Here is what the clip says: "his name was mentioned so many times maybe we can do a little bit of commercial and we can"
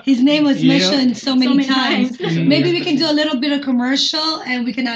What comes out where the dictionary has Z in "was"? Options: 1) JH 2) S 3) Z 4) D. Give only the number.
3